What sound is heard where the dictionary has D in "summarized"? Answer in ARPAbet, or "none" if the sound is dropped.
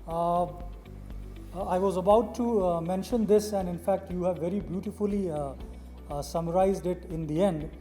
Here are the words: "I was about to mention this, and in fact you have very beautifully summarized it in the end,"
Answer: D